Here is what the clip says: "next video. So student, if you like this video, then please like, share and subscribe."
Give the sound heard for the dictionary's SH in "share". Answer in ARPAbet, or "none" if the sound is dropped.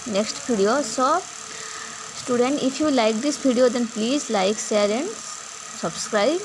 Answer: S